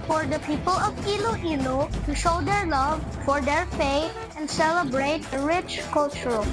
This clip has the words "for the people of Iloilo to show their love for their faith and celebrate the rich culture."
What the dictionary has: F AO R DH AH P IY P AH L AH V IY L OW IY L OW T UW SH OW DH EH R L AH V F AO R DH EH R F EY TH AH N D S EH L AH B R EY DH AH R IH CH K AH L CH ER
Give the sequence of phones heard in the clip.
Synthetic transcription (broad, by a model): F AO R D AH P IY P AH L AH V IY L OW IY L OW T UW SH OW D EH R L AH V F AO R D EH R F EY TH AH N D S EH L AH B R EY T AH R IH CH K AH L CH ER